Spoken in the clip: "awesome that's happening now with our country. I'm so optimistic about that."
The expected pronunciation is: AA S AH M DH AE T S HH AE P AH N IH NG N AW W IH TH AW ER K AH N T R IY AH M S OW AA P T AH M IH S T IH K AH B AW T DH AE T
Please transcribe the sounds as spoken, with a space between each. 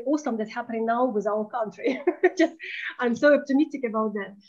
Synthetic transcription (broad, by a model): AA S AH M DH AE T HH AE P AH N IH NG N AW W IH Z AW ER K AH N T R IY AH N S OW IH F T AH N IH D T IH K AH B AW T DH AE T